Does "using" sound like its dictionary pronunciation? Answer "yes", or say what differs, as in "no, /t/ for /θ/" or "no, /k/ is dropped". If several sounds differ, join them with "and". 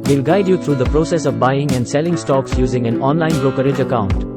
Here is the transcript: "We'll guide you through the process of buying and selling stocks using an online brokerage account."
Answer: yes